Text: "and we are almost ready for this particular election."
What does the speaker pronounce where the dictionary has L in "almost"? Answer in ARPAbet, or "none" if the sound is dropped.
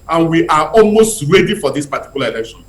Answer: L